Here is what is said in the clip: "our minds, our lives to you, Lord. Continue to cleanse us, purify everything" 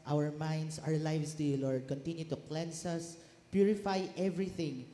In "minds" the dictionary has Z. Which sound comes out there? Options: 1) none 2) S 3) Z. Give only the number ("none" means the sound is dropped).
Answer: 2